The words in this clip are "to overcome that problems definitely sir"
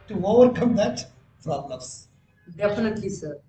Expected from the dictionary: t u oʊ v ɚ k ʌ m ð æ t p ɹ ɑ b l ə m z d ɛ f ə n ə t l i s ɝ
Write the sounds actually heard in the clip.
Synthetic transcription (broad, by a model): t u oʊ v ɚ k ʌ m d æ t f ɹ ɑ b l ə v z d ɛ f ə n ə t l i s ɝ